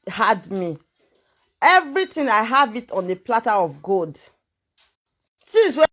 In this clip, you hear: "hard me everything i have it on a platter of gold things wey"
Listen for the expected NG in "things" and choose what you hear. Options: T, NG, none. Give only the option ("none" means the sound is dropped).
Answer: none